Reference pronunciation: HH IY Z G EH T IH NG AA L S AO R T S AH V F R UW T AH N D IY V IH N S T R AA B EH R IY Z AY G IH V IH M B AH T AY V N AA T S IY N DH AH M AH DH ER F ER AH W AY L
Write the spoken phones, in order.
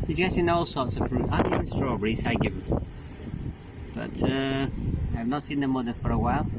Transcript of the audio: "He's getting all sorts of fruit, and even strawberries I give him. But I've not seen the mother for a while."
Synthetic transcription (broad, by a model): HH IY Z G EH T IH NG AA L S AO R T S AH V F R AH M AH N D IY IH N S T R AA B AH R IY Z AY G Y IH M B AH T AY V N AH T S IY N DH AH M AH DH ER F ER AH W AY L